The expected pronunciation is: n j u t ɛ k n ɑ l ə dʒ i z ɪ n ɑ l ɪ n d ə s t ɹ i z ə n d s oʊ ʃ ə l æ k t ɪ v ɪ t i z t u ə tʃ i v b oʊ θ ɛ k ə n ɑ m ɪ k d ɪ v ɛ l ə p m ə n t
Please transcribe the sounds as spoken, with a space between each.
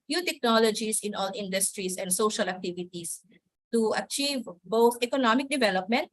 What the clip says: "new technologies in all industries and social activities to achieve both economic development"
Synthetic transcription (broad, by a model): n j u t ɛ k n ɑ l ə dʒ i s ɪ n ɑ l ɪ n d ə s t ɹ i s ə n d s oʊ ʃ ə l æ k t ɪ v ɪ t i s t u ə tʃ i v b oʊ θ ɛ k ə n ɑ m ɪ k d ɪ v ɛ l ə p m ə n t